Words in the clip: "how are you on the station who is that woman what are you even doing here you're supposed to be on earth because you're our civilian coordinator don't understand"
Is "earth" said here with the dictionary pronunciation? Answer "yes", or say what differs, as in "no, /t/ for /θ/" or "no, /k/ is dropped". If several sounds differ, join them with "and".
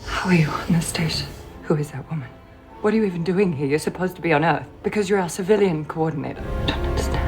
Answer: yes